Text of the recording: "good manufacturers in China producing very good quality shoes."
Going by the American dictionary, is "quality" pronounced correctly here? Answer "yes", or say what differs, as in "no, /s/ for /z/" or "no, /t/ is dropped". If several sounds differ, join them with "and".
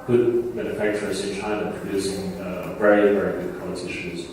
no, /s/ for /t/